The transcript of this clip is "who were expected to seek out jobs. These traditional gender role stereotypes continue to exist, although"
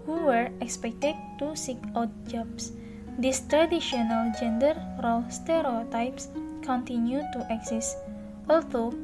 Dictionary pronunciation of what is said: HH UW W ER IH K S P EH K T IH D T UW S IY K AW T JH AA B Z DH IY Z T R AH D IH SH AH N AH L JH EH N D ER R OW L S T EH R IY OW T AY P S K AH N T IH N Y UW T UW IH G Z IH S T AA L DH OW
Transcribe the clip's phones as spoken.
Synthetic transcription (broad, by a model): HH UW W ER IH K S P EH K T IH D T UW S IY K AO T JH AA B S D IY S T R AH D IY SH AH N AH L JH EH N D ER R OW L S T EH R IY OW T AY P S K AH N T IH N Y UW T UW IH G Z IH S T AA L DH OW